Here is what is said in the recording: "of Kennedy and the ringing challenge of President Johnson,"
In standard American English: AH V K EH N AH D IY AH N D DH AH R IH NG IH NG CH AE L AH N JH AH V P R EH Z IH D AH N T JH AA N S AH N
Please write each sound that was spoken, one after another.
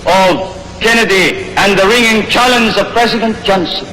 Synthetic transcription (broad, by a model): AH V K EH N AH D IY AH N DH AH R IH NG IH NG CH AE L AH N Z AH V P R EH Z IH D AH N T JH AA N S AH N